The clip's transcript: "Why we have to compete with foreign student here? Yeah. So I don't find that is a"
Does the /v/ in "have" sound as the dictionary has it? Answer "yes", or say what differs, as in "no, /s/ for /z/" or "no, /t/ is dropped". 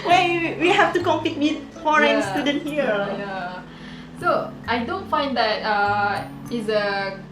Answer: no, /f/ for /v/